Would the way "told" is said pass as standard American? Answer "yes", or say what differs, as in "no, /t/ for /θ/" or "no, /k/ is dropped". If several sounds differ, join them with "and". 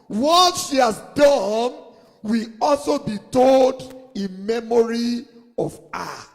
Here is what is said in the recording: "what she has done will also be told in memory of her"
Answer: yes